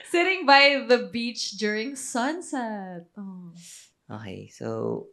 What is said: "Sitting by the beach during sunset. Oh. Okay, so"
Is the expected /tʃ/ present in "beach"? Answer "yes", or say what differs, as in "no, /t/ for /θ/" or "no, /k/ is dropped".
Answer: yes